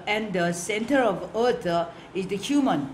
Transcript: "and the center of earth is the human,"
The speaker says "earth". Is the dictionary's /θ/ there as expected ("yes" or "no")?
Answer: no